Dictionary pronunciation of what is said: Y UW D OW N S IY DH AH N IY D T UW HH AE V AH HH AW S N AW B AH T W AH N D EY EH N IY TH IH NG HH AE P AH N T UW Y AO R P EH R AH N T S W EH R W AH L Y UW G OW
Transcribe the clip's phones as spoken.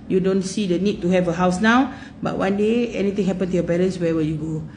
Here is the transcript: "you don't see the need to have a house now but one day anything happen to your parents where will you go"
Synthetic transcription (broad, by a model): Y UW D OW N S IY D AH N IY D T UW HH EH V AH HH AW S N AW B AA T W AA N D EY EH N IY T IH NG HH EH P AH N T UW Y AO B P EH L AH N S W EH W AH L Y UW G OW